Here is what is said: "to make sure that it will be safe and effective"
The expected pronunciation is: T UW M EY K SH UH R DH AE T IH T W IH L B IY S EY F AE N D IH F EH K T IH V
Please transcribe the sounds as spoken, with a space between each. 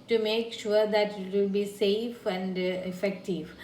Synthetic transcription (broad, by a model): T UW M EY K SH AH R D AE T IH T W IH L B IY S EY F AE N D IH F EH K T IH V